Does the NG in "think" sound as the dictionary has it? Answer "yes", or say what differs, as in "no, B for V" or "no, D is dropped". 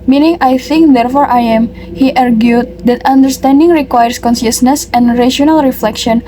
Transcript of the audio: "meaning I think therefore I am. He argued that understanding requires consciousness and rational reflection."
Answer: yes